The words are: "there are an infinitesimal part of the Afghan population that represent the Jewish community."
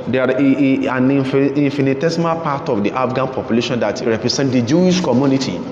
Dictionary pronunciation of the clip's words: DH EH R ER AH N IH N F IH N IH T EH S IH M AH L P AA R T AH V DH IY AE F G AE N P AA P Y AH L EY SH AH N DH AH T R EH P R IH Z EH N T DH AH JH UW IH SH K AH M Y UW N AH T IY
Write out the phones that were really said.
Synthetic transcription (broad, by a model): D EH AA AH N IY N F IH N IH T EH S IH M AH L P AA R T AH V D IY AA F G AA N P AA P Y AH L EY SH AH N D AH T R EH P R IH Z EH N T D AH JH UW IH SH K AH M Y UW N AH T IY